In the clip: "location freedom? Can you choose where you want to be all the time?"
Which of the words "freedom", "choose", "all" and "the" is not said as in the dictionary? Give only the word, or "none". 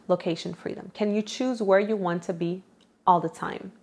none